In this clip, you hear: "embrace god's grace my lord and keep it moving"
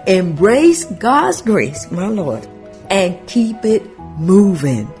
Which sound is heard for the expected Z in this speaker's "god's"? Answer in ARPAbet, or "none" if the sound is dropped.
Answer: Z